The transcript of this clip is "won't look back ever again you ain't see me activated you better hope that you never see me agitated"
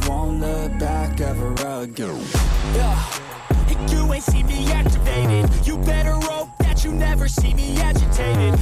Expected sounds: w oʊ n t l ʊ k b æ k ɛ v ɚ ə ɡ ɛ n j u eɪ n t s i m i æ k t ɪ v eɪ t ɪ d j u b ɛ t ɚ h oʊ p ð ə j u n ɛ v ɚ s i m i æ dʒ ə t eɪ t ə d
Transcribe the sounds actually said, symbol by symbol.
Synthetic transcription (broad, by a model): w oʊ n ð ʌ b æ k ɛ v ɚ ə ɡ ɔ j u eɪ t s i m i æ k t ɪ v eɪ t ɪ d j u b ɛ t ɚ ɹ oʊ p ð ə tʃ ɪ n ɛ v ɚ s i m i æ dʒ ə t eɪ t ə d